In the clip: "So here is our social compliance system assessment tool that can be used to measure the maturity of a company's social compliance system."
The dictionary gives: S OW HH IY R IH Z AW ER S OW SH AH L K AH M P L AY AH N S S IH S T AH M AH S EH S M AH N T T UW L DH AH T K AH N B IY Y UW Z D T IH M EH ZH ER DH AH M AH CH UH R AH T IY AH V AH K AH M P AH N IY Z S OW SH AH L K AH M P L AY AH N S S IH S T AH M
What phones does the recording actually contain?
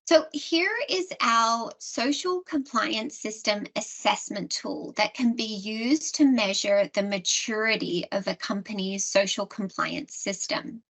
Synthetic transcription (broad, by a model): S OW HH IY R IH Z AW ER S OW SH L K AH M P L AY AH N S S IH S T AH M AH S EH S M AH N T T UW L DH AH T K AH N B IY Y UW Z T IH M EH ZH ER DH AH M AH CH UH R AH T IY AH V AH K AH M P AH N IY Z S OW SH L K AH M P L AY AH N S S IH S T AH M